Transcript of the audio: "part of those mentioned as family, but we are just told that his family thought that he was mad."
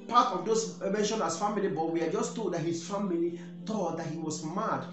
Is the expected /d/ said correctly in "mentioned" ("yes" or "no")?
no